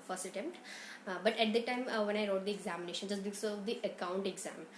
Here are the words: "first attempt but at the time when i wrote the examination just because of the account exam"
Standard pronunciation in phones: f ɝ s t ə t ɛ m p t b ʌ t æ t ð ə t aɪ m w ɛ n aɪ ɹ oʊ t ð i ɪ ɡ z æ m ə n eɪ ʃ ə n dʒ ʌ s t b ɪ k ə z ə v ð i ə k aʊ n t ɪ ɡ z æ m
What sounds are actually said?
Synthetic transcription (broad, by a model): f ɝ s t ə t ɛ m p t b ʌ t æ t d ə t aɪ m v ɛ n aɪ ɹ oʊ t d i ɪ ɡ z æ m ə n eɪ ʃ ə n dʒ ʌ s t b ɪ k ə ə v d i ə k aʊ n t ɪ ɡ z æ m